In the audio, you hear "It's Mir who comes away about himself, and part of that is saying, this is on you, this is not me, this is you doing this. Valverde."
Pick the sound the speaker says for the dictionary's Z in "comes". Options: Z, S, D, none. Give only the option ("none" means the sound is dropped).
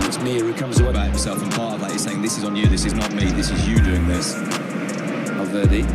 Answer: Z